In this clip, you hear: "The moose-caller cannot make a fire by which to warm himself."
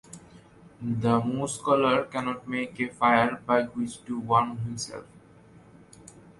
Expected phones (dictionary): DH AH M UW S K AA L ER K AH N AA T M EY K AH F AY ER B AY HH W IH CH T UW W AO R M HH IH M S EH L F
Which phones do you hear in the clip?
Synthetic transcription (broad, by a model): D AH M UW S K AA L ER K AH N AA T M EY K AH F AY ER B AY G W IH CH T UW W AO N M HH IH M S EH L F